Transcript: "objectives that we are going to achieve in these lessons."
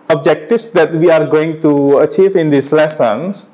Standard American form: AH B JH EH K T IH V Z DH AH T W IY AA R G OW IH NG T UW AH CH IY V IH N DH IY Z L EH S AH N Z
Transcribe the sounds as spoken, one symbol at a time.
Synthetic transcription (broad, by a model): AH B JH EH K T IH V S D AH T W IY AA R G OW IH NG T UW AH CH IY V IH N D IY S L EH S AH N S